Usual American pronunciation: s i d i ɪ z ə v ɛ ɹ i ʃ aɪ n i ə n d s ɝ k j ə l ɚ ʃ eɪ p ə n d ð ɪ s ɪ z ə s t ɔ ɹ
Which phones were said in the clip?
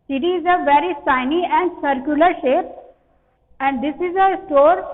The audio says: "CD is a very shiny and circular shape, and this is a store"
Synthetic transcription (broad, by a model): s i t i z ə v ɛ ɹ i s aɪ n i ə n d s ɝ k j ə l ɚ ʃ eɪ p ə n d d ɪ s ɪ z ə s t ɔ ɹ